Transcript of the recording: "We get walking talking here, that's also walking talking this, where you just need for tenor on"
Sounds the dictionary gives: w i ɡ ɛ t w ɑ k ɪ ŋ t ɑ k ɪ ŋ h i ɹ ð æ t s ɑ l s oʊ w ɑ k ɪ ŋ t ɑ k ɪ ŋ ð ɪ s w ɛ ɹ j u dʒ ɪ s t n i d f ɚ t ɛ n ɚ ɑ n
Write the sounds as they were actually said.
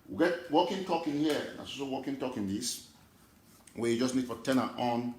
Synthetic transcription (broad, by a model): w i ɡ ɛ t w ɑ k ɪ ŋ t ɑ k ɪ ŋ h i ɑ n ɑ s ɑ s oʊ w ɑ k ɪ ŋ t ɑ k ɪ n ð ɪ s w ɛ j u dʒ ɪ s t n i d f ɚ t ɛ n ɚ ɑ n